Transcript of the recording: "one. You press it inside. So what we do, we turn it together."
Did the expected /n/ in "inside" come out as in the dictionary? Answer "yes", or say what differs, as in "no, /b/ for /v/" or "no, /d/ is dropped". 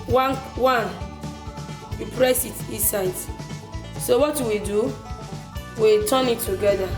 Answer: no, /n/ is dropped